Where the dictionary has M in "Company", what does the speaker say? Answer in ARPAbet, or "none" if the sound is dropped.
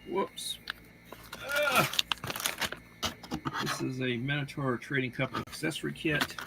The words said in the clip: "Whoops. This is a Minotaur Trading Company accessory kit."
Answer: none